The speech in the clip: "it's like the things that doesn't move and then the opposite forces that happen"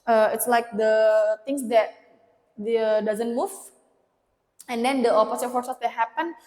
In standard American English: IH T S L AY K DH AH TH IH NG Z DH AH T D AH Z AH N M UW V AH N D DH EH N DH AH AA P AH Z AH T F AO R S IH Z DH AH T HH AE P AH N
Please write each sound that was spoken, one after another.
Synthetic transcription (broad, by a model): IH T S L AY K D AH T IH NG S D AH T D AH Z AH N M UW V AH N D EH N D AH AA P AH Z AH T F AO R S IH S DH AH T HH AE P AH N